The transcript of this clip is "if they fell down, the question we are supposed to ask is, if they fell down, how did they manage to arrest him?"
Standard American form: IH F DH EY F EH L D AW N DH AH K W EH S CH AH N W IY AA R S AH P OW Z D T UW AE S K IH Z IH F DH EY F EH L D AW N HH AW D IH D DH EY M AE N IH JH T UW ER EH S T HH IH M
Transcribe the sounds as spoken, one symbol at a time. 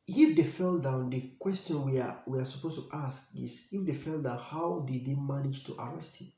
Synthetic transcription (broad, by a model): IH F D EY F EH L D AW N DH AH K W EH S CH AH N W IY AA W S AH P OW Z T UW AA S K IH S IH F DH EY F EH L D AW N HH AW D IH D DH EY M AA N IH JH T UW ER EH S T HH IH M